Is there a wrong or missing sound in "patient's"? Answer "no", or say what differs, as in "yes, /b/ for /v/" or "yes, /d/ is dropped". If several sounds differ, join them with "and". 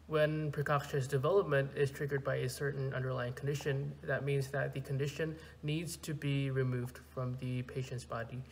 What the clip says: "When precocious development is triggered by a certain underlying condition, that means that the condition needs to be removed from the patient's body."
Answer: no